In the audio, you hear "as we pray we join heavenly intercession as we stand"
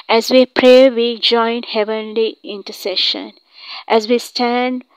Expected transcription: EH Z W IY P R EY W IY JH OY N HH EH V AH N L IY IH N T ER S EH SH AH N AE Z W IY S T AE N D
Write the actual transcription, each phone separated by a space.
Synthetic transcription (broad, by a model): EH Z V IY P R EY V IY JH OY N HH EH V AH N L IY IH N T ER S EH SH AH N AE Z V IY S T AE N D